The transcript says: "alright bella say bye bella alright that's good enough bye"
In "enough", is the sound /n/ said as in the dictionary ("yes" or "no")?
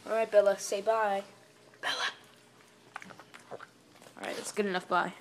yes